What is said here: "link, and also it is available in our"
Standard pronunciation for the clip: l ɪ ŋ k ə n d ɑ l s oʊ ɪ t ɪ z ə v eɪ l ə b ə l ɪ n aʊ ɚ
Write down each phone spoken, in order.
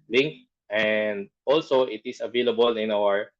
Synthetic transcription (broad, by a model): l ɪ ŋ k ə n d ɑ l s oʊ ɪ t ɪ s ə v eɪ l ə b ə l ɪ n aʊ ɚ